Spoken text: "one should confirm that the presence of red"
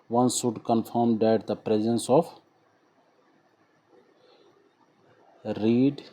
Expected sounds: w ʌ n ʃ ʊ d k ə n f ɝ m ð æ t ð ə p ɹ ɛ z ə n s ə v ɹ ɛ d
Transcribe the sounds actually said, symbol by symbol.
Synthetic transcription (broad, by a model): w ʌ n s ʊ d k ə n f ɝ m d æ t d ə p ɹ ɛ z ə n s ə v ɹ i d